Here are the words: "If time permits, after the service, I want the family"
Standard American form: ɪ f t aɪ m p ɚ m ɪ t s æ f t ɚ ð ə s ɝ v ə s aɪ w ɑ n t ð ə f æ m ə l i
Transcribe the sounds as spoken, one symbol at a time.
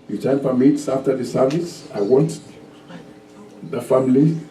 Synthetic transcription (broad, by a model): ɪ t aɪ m f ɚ m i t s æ f t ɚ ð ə s ɝ v ə s aɪ w ɑ n t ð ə f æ m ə l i